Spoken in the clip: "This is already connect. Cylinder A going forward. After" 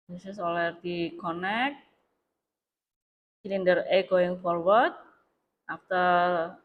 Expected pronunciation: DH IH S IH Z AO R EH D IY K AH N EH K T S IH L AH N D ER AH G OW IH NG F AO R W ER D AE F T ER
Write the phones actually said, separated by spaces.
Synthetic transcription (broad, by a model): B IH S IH S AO L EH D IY K AH N EH K T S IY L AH N D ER AH G OW IH NG F AO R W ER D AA F T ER